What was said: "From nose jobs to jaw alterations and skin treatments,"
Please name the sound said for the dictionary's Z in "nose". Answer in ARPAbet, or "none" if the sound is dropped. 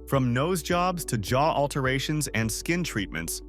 Z